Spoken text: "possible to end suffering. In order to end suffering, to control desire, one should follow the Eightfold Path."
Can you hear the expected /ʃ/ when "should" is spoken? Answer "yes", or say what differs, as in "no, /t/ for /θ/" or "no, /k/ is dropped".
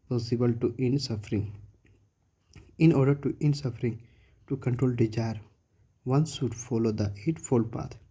no, /s/ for /ʃ/